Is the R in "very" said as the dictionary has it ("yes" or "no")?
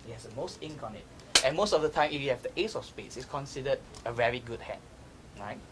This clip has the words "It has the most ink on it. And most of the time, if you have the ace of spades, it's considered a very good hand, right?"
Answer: yes